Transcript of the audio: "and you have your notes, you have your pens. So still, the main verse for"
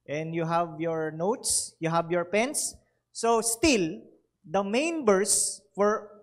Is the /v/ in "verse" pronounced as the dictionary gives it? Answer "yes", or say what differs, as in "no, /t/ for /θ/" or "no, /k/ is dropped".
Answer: no, /b/ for /v/